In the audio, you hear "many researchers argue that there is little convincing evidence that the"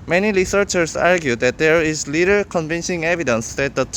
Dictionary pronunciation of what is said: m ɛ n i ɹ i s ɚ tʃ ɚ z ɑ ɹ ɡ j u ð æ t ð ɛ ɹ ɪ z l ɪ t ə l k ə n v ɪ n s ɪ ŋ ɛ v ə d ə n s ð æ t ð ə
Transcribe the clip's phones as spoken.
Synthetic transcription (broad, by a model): m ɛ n i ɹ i s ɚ tʃ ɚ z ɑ ɹ ɡ j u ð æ t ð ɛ ɹ ɪ z l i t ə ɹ k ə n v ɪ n ʃ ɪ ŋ ɛ v ə d ə n s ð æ t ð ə